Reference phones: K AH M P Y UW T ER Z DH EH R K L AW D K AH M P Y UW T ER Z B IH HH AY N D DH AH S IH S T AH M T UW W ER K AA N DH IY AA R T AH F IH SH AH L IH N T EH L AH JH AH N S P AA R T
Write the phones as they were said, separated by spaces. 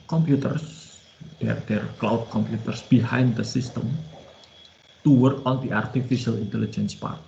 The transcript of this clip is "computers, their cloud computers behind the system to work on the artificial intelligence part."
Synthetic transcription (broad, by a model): K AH M P Y UW T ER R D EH R K L AW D K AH M P Y UW T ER S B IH HH AY N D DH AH S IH S T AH M T UW W ER K AA N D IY AA R T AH F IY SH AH L IH N T EH L AH JH AH N S P AA R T